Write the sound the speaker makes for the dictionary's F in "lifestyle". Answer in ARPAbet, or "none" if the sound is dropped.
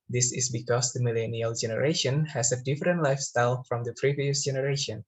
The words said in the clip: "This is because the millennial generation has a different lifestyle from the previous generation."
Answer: F